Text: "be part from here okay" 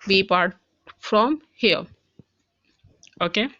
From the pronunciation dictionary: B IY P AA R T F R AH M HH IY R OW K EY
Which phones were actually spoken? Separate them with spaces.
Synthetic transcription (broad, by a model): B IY P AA R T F R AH M HH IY L OW K EY